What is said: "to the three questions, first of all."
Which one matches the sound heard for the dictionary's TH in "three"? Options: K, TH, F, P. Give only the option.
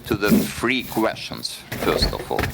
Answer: F